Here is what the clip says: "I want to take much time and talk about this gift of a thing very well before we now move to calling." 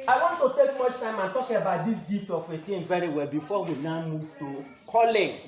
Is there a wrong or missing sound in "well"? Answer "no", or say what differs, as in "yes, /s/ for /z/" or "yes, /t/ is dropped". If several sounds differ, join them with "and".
no